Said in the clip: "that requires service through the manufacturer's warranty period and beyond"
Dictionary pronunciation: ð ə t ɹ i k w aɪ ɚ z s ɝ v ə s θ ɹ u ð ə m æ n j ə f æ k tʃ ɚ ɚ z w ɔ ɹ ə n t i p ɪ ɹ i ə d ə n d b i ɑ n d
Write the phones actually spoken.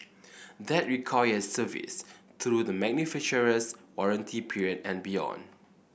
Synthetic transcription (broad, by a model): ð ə t ɹ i k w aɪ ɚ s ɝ v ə s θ ɹ u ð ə m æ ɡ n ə f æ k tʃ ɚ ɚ s w ɔ ɹ ə n t i p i ɹ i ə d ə n b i ɑ n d